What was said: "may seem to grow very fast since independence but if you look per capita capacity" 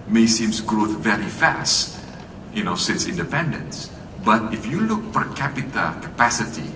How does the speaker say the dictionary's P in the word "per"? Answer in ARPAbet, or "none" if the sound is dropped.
F